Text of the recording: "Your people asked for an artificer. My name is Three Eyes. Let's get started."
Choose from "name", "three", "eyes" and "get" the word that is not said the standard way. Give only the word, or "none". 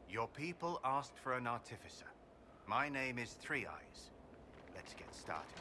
none